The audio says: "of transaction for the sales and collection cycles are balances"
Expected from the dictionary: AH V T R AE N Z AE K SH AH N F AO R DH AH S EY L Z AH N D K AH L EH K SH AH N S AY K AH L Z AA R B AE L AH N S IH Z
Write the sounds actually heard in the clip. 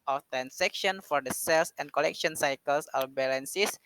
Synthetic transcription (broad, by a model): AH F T R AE N S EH K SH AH N F AO R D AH S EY L S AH N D K AH L EH K SH AH N S AY K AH L S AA L B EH L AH N S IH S